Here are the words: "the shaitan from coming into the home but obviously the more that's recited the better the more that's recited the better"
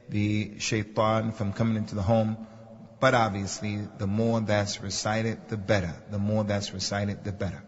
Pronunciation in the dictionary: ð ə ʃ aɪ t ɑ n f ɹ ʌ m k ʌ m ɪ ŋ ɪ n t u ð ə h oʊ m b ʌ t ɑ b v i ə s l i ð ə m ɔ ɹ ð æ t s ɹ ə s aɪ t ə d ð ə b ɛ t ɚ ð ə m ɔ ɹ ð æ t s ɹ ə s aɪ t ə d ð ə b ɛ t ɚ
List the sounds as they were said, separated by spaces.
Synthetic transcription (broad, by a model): ð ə ʃ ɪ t ɑ n f ɹ ʌ m k ʌ m ɪ ŋ ɪ n t u ð ə h oʊ m b ʌ t ɑ b v i ə s l i ð ə m ɔ ɹ ð æ t s ɹ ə s aɪ t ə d ð ə b ɛ t ɚ ð ə m ɔ ɹ ð æ t s ɹ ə s aɪ t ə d ð ə b ɛ t ɚ